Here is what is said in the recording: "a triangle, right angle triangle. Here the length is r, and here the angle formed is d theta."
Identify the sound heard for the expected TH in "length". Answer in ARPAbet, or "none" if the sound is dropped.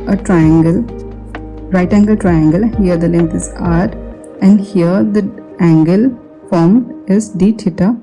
T